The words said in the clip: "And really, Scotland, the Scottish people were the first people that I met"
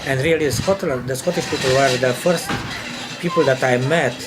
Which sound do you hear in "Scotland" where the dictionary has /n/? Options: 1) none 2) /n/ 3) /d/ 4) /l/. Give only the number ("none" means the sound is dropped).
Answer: 4